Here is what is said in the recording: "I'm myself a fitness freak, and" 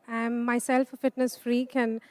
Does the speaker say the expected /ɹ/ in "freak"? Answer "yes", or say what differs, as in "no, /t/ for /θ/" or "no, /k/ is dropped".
yes